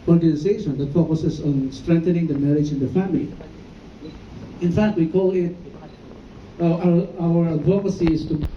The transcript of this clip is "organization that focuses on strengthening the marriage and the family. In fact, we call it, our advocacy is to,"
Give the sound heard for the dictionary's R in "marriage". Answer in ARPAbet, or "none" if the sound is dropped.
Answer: R